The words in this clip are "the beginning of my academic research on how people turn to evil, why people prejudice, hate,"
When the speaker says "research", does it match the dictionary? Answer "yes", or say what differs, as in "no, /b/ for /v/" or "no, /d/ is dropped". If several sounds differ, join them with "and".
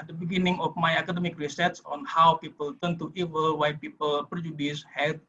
no, /s/ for /tʃ/